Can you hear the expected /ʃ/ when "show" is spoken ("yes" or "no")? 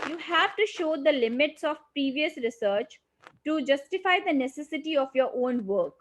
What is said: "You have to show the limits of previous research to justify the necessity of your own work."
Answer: yes